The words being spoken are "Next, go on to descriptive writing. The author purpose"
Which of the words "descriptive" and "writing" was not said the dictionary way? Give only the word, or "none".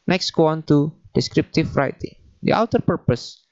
descriptive